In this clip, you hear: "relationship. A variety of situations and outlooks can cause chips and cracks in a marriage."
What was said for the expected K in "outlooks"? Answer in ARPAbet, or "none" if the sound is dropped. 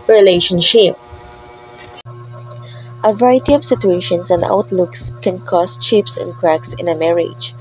K